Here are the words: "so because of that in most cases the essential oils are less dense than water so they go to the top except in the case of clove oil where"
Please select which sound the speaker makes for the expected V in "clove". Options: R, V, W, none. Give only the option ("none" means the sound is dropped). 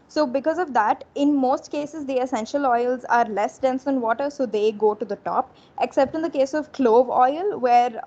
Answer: V